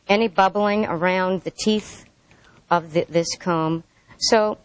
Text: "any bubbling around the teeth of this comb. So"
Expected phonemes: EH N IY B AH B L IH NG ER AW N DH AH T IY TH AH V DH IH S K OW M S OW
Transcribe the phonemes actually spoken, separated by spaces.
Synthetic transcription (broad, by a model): EH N IY B AH B L IH NG ER AW N DH AH T IY TH AH V DH IH S K OW M S OW